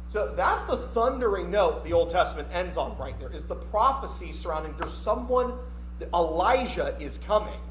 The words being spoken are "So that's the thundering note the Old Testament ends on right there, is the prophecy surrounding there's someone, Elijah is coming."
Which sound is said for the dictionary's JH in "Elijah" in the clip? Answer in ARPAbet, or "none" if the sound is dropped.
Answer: ZH